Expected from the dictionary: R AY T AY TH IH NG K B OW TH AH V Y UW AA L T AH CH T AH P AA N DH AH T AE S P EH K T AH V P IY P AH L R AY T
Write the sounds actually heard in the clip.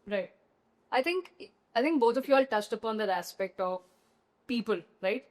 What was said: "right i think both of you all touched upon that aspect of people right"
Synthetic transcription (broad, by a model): R AY T AY T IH NG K B OW T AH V Y UW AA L T AH CH T AH P AA N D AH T AE S P EH K T AH V P IY P AH L R AY T